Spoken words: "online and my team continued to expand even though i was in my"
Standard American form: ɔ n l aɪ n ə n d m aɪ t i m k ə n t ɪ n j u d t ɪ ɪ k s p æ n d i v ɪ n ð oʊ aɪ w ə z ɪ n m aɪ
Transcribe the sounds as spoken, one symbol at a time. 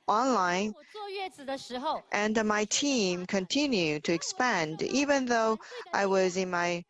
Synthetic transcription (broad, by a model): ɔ n l aɪ n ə n m aɪ t i m k ə n t ɪ n j u d t ɪ ɪ k s p æ n d i v ɪ n ð oʊ aɪ w ə z ɪ n m aɪ